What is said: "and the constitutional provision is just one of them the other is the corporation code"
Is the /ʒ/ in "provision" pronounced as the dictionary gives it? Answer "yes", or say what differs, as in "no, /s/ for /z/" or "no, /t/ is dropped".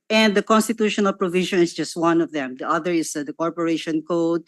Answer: no, /ʃ/ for /ʒ/